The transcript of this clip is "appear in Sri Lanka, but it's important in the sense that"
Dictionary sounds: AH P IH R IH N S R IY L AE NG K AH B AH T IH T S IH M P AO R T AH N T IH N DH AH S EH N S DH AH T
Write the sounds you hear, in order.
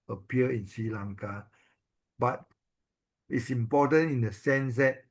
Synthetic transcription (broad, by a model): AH P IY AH IH N S R IY L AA NG K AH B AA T IH T S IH M P AO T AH N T IH N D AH S EH N S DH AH T